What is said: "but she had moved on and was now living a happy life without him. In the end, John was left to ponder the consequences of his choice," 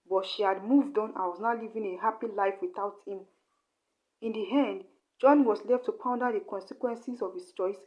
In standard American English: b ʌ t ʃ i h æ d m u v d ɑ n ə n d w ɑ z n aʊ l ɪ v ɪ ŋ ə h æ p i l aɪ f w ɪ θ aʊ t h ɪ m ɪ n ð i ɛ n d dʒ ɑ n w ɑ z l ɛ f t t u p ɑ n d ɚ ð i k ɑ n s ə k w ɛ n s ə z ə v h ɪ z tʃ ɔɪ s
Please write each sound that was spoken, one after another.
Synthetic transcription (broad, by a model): b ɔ t ʃ i h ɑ d m u v d ɑ n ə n w ɑ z n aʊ l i v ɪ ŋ ə h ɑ p i l aɪ f w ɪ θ aʊ t h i m ɪ n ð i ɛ n d dʒ ɑ n w ɑ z l ɛ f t t u p ɑ n d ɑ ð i k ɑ n s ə k w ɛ n s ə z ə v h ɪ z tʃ ɔɪ s